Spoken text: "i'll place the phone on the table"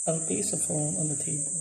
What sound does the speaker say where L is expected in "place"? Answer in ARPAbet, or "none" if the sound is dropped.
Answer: none